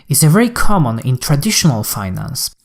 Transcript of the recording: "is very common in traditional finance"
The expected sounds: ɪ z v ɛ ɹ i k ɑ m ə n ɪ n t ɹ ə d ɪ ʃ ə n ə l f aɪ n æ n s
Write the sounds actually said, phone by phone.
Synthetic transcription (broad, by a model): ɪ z v ɛ ɹ i k ɑ m ə n ɪ n t ɹ ə d ɪ ʃ ə n ə l f aɪ n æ n s